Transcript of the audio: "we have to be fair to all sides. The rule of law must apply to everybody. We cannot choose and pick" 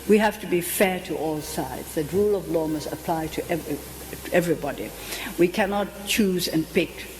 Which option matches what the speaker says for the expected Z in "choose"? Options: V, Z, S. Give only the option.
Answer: Z